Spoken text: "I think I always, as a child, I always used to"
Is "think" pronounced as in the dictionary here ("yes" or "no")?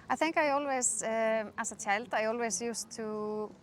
yes